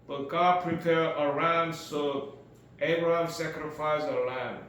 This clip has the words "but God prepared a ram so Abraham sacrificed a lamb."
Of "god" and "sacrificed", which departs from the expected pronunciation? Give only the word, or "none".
sacrificed